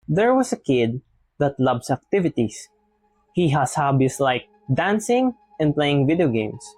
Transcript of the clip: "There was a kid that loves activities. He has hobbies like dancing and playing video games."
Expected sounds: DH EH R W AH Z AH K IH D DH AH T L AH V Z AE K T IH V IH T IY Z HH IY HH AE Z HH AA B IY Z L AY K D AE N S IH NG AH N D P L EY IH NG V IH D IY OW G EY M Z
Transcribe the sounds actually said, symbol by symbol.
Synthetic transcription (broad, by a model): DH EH R W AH S AH K IH D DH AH T L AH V S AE K T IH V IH T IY S HH IY HH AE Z HH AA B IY S L AY K D AE N S IH NG AH N D P L EY IH NG V IH D IY OW G EY M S